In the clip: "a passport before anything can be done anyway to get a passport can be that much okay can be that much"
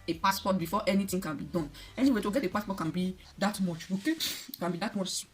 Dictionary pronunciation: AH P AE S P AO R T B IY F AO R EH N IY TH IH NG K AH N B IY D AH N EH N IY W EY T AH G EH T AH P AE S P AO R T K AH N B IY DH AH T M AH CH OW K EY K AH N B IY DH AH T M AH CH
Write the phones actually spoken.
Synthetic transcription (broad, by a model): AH P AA S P AO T B IY F AO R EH N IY T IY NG K AH N B IY D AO N EH N IY W EY T AH G EH T AH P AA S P AO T K AH N B IY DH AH T M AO CH OW K EY K AH N B IY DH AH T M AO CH